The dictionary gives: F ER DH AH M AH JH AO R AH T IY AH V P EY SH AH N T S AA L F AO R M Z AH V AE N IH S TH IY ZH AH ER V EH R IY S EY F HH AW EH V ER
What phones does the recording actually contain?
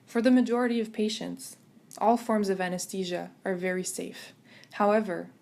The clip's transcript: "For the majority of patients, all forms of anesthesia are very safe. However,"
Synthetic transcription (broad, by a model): F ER DH AH M AH JH AO R AH T IY AH V P EY SH AH N T S AA L F AO R M Z AH V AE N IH S T IY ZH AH ER V EH R IY S EY F HH AW EH V ER